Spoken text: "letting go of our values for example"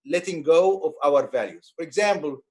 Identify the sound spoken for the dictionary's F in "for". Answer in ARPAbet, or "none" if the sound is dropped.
F